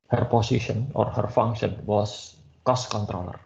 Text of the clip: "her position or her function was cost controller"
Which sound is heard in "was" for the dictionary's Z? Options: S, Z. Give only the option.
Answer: S